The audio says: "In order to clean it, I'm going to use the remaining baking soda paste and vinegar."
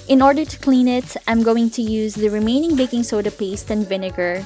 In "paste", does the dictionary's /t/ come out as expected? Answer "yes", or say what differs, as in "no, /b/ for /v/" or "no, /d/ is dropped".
yes